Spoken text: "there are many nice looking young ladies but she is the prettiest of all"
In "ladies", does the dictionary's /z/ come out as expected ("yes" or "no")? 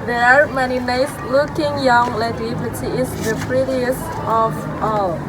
no